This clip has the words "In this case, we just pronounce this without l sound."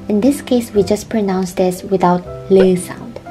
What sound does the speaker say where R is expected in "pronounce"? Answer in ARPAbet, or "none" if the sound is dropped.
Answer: R